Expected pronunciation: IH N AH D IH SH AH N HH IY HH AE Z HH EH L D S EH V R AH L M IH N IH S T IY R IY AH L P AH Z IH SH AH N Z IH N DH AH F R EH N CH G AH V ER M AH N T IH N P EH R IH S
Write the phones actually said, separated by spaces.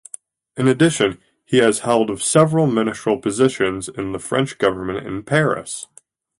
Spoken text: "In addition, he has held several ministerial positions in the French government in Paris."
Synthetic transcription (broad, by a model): IH N AH D IH SH AH N IY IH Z HH EH L D S EH V R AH L M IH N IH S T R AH L P AH Z IH SH AH N Z IH N DH AH F R EH N CH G AH V ER M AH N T IH N P EH R IH S